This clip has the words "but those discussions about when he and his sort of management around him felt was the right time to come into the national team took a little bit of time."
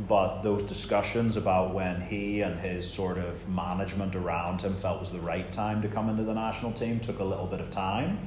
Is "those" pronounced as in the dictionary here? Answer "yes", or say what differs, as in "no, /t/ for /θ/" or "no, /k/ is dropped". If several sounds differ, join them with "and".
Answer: yes